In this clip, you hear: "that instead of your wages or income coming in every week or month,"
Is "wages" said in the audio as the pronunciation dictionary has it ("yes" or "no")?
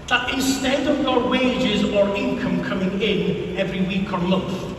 yes